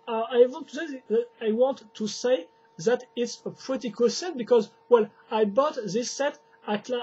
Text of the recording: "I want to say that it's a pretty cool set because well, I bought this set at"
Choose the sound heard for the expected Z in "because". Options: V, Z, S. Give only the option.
Z